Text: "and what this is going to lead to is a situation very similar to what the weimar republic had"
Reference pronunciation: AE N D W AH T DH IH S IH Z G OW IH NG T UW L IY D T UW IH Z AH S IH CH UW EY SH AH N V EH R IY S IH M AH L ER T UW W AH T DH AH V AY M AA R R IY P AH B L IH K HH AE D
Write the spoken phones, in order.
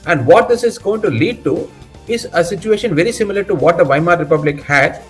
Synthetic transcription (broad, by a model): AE N D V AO T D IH S IH Z G OW IH NG T UW L IY D T UW IH Z AH S IH CH UW EY SH AH N V EH R IY S IH M AH L ER T UW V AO T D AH V AY M AA R R IY P AH B L IH K HH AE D